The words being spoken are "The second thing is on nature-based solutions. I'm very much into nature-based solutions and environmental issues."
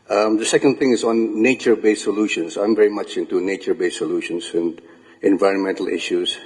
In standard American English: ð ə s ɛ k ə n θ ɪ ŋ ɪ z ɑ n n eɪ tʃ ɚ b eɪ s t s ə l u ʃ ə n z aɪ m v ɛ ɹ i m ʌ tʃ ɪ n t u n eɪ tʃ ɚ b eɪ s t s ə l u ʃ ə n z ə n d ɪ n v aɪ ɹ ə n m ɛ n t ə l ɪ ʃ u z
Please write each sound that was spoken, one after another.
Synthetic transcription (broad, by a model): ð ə s ɛ k ə n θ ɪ ŋ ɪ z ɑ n n eɪ tʃ ɚ b eɪ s s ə l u ʃ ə n s aɪ m v ɛ ɹ i m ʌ tʃ ɪ n t u n eɪ tʃ ɚ b eɪ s s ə l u ʃ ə n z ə n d ɪ n v aɪ ɹ ə n m ɛ n t ə l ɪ ʃ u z